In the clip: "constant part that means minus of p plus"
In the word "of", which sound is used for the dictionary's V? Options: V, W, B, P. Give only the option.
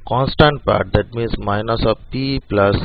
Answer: P